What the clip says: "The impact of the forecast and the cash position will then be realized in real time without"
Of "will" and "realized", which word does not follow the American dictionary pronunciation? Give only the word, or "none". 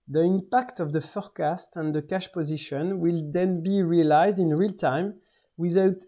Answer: none